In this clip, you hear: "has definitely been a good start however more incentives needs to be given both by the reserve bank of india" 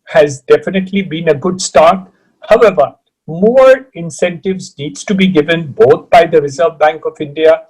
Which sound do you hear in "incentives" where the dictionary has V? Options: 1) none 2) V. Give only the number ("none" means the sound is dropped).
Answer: 2